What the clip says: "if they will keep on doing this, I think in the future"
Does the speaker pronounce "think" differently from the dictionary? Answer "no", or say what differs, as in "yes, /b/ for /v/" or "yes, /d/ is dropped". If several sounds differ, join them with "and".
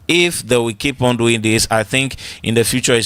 no